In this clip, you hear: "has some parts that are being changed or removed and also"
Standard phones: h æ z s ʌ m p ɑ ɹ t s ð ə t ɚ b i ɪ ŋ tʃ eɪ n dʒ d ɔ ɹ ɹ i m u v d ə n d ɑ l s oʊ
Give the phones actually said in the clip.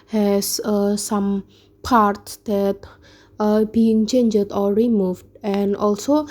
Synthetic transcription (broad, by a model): h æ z s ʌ m p ɑ ɹ t s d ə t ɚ b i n tʃ eɪ n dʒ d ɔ l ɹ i m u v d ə n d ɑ l s oʊ